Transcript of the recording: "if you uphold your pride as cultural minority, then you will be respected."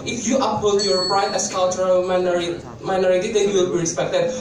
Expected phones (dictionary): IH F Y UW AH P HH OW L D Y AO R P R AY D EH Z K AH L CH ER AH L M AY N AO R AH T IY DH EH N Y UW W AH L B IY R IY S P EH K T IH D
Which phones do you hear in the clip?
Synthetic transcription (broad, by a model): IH F Y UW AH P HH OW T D Y AO R B R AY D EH S K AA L CH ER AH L M AY N AO R AH T IY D EH N Y UW W AH L B IY R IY S P EH K T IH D